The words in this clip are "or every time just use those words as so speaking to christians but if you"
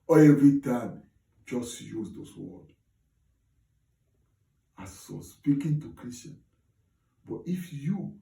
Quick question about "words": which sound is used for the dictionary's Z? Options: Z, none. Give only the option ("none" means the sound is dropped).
none